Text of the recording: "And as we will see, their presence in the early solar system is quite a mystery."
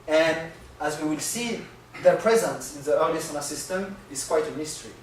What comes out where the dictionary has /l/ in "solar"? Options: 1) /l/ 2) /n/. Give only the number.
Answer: 2